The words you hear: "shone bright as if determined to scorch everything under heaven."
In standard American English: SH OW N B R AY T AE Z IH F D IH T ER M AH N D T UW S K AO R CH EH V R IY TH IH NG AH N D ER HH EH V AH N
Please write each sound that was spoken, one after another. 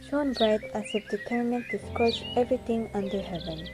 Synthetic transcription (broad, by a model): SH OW N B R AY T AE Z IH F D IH T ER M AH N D T UW S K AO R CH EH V R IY T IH NG AH N D ER HH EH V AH N